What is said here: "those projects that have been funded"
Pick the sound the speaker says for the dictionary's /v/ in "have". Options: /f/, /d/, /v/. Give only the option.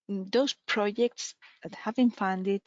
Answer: /v/